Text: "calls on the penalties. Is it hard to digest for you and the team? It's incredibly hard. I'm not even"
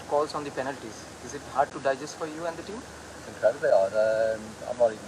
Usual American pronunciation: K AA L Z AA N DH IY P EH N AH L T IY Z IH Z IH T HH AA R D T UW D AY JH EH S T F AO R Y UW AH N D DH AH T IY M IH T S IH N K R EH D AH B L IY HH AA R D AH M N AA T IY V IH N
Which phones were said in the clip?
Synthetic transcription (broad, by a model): K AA L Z AA N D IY P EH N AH L T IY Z IH Z IH T HH AA R D T UW D AY JH EH S T F AO R Y UW AH N D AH T IY M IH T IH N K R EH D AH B IY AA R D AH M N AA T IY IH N